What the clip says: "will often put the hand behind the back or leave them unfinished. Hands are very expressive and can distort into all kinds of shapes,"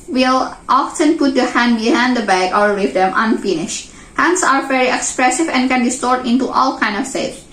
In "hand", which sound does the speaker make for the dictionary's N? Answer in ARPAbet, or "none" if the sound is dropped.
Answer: N